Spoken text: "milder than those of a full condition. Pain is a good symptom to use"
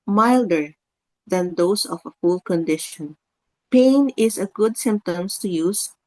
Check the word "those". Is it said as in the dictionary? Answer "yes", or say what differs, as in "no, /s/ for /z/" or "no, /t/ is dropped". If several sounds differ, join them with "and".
no, /s/ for /z/